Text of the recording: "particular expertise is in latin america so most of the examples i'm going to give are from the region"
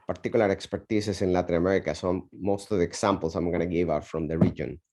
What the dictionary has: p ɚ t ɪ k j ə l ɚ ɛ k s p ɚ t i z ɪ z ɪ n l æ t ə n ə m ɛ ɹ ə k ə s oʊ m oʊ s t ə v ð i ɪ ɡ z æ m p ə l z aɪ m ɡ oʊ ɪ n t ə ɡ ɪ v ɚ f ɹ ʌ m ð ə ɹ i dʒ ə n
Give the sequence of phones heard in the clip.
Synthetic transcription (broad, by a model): p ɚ t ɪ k j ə l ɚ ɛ k s p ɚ t i s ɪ s ɪ n l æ t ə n ə m ɛ ɹ ə k ə s oʊ m oʊ s t ə v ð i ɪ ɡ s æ m p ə l s aɪ m ɡ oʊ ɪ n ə ɡ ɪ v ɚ f ɹ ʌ m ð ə ɹ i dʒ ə n